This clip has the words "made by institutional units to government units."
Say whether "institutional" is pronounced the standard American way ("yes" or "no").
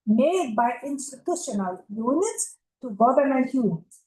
yes